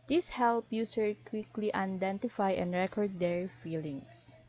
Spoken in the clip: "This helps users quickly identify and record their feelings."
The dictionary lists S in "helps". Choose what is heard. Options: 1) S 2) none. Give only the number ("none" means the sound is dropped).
2